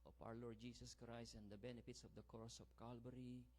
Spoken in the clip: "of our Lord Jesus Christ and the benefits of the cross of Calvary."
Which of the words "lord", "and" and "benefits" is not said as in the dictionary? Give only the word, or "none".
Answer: none